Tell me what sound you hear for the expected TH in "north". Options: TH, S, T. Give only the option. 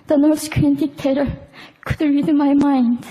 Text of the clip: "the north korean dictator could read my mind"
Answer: S